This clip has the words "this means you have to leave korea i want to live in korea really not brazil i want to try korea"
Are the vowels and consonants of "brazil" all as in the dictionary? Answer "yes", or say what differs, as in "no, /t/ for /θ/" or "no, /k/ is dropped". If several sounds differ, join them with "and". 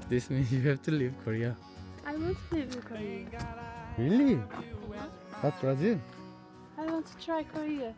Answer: no, /n/ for /l/